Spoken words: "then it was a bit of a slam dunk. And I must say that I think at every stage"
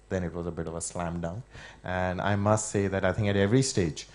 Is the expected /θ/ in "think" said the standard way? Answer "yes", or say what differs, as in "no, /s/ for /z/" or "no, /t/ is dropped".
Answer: yes